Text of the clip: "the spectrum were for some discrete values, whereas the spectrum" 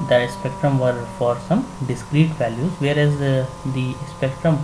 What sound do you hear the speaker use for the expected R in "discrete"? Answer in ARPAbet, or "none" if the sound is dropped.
R